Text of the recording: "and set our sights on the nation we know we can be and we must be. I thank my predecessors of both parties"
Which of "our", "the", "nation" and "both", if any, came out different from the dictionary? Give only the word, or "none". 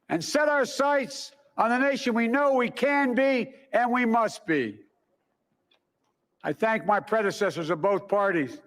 none